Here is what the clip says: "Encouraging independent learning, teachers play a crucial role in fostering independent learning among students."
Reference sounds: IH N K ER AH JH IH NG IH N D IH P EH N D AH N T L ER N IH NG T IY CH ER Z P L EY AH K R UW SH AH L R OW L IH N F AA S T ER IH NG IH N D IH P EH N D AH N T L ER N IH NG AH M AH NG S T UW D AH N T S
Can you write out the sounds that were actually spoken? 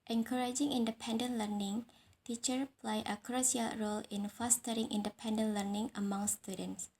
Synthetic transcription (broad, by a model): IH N K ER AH JH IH NG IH N D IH P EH N D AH N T L ER N IH NG T IY CH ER P L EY AH K R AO S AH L R OW L IH N F AA S T ER IH NG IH N D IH P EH N D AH N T L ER N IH NG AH M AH NG S T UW D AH N T S